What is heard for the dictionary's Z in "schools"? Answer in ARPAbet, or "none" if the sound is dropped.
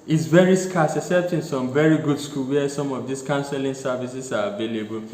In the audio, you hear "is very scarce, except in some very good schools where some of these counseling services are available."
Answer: none